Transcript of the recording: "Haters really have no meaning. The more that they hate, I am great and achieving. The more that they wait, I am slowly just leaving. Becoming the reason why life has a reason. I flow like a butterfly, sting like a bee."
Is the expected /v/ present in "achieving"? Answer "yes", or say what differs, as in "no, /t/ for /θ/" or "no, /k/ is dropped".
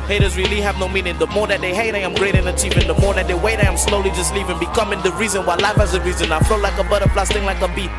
no, /p/ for /v/